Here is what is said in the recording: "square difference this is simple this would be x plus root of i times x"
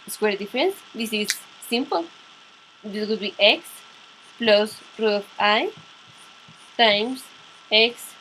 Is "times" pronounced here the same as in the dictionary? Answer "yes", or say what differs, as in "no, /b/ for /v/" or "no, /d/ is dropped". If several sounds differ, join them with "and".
no, /s/ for /z/